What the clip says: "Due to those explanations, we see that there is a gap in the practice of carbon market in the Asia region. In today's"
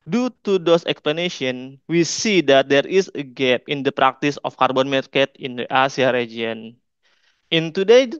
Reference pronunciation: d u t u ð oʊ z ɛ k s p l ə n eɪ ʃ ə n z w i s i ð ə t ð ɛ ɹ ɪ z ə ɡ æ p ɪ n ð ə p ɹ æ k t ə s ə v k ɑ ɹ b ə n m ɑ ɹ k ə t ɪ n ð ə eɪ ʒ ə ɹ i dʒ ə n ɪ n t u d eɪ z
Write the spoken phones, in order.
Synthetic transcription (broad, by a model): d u t u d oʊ s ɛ k s p l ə n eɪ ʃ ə n w i s i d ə t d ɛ ɹ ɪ s ə ɡ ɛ p ɪ n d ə p ɹ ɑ k t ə s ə f k ɑ ɹ b ə n m ɑ ɹ k ə t ɪ n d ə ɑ s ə ɹ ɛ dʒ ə n ɪ n t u d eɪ